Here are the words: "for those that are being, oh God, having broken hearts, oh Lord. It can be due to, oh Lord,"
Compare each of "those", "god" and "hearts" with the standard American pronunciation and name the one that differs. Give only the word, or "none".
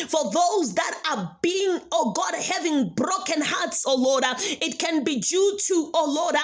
none